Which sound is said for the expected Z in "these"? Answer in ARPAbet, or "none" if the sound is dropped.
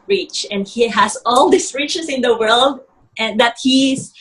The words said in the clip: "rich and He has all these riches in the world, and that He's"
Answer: S